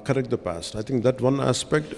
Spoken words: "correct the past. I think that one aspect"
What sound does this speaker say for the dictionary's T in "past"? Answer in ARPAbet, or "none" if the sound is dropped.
T